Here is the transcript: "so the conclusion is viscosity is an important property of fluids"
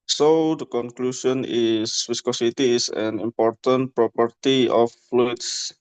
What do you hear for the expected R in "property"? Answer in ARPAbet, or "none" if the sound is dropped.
R